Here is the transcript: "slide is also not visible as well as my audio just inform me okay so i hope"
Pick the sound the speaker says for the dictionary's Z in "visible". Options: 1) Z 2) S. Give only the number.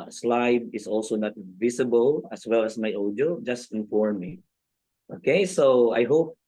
2